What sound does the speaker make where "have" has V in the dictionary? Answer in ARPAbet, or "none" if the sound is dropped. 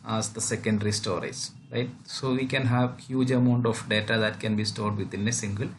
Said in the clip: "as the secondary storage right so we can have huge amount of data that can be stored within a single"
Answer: V